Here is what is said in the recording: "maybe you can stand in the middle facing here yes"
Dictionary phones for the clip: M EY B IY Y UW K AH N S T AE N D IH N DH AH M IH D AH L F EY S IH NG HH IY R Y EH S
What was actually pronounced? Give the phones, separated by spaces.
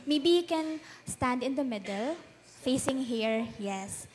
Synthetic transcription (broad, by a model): M EY B IY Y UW K AH N S T AE N D IH N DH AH M IH D AH L F EY S IH NG HH IY R Y EH S